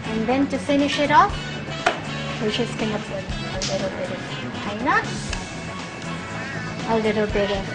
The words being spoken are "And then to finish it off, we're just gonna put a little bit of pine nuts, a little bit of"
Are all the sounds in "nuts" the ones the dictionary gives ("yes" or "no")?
no